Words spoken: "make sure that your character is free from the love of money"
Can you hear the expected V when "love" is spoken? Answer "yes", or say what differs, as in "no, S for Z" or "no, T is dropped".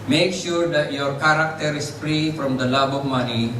no, B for V